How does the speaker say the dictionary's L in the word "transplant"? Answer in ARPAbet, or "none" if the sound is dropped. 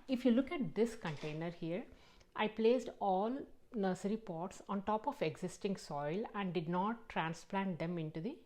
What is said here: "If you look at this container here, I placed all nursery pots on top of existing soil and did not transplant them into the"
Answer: L